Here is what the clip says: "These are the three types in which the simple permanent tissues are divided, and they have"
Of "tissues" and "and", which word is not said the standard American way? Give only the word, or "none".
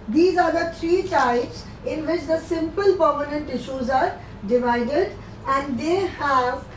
none